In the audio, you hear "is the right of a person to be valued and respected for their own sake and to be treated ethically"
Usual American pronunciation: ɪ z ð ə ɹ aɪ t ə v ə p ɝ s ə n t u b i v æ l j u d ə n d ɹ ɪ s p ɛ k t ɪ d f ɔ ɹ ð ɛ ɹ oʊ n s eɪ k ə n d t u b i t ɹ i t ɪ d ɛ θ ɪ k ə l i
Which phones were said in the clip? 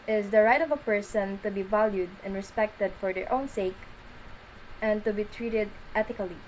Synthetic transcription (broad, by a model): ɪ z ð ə ɹ aɪ t ə v ə p ɝ s ə n t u b i v æ l j u d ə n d ɹ ɪ s p ɛ k t ɪ d f ɔ ɹ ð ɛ ɹ oʊ n s eɪ k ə n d t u b i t ɹ i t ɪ d ɛ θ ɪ k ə l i